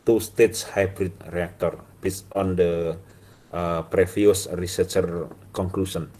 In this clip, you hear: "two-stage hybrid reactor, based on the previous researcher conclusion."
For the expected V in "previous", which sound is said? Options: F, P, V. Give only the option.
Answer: F